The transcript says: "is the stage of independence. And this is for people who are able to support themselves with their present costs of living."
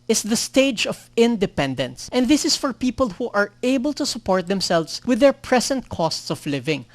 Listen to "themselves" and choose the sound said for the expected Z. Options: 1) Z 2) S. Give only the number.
2